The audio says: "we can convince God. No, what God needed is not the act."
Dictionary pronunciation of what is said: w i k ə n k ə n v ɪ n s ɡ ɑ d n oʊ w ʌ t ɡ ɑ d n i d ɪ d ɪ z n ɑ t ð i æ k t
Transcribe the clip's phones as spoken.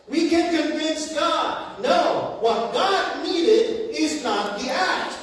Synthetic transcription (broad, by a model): w i k ə n k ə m v ɪ n s ɡ ɑ d n oʊ w ʌ t ɡ ɑ d n i d ɪ d ɪ z n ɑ t ð i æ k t